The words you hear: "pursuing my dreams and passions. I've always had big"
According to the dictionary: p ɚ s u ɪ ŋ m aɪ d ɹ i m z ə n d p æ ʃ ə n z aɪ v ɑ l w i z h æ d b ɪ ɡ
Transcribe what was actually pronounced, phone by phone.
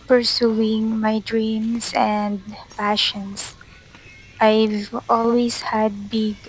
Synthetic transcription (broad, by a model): p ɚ s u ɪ ŋ m aɪ d ɹ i m s ə n d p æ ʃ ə n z aɪ v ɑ l w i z h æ d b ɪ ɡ